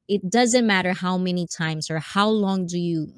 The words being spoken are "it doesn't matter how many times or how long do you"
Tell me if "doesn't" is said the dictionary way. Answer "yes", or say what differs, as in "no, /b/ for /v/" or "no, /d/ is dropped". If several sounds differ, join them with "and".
yes